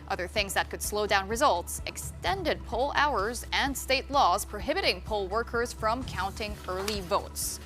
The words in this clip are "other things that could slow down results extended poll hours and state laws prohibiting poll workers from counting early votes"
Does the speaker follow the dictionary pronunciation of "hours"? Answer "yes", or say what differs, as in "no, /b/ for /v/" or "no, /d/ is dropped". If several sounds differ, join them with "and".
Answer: yes